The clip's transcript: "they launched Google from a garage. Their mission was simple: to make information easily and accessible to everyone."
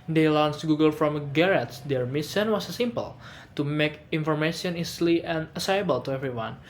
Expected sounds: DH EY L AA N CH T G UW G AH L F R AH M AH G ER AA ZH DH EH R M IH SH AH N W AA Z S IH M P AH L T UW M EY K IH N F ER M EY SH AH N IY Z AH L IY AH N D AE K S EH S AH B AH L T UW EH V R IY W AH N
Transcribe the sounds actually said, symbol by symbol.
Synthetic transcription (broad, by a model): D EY L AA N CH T G UW G AH L F R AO M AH G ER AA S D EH R M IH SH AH N W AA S S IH M P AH L T UW M EY K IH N F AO M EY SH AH N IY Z L IY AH N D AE S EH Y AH B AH L T UW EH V R IY W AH N